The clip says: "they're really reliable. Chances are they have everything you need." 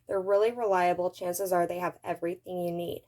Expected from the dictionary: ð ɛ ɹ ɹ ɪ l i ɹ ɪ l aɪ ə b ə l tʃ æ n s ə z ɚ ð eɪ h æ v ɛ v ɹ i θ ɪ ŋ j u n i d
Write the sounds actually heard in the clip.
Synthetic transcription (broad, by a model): ð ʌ ɹ ɹ ɪ l i ɹ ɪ l aɪ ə b l tʃ æ n s ə z ɚ ð eɪ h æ v ɛ v ɹ i θ ɪ ŋ j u n i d